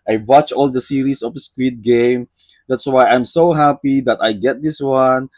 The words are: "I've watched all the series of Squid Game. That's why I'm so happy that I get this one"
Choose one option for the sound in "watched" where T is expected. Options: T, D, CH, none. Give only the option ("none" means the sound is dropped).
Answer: none